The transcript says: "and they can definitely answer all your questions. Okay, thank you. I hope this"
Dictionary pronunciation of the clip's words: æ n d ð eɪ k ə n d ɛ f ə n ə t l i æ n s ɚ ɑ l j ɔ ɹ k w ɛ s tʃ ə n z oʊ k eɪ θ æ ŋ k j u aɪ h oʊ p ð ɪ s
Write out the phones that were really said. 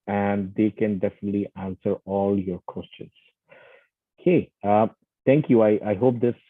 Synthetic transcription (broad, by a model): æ n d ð eɪ k ə n d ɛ f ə n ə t l i æ n s ɚ ɑ l j ɔ ɹ k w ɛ s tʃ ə n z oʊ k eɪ t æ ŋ k j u aɪ h oʊ p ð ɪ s